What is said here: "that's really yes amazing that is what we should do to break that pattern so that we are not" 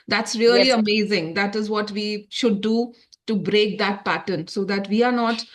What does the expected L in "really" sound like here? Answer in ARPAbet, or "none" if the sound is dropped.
none